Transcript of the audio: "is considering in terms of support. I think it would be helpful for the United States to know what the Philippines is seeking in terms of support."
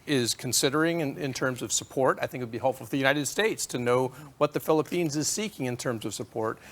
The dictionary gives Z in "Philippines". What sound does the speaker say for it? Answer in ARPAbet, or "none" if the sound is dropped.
Z